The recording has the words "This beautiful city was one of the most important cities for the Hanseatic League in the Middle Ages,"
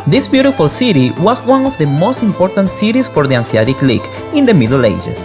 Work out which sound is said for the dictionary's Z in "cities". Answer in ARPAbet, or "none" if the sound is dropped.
S